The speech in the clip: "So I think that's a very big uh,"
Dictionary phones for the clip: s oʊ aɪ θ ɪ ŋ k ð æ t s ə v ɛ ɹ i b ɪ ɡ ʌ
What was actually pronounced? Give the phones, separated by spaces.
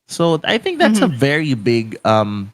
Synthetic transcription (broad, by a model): s oʊ aɪ θ ɪ ŋ k ð æ t s ə v ɛ ɹ i b ɪ ɡ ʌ